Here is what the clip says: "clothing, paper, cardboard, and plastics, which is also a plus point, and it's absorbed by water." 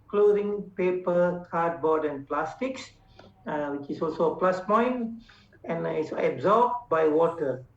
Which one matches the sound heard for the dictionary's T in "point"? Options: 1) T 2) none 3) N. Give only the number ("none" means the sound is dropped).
2